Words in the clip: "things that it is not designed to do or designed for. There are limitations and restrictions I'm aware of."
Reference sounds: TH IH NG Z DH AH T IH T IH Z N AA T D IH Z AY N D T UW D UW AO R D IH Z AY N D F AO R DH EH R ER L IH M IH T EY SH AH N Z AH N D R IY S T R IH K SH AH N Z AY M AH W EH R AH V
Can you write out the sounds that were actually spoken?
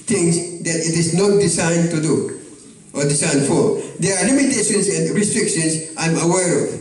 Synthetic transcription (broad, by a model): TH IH NG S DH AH T IH T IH S N AA T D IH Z AY N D T UW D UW AO R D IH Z AY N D F AO R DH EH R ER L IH M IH T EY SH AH N S AH N D R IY S T R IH K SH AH N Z AY M AH W EH R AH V